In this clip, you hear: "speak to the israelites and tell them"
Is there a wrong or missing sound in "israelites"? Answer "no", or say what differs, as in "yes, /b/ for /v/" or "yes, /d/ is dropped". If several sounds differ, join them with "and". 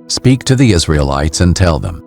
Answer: no